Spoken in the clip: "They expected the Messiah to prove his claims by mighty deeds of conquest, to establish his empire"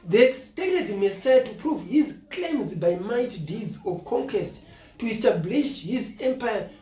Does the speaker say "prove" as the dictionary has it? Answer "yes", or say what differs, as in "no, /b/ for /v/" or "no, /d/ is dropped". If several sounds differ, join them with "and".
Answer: yes